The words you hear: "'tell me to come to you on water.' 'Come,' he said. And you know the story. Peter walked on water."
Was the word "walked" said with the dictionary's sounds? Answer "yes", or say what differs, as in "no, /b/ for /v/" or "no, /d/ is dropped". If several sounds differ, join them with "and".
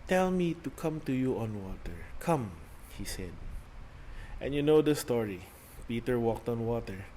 yes